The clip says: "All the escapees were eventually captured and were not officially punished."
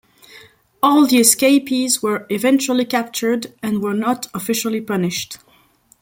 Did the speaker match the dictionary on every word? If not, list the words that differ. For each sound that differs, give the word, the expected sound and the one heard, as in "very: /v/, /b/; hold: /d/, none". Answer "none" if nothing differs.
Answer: none